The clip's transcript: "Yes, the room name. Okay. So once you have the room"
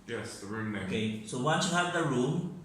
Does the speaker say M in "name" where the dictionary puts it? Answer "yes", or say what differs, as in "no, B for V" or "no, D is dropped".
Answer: no, M is dropped